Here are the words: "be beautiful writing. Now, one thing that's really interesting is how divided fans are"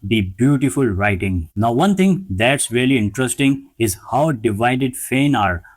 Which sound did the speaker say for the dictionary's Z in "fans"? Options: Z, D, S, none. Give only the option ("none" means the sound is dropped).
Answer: none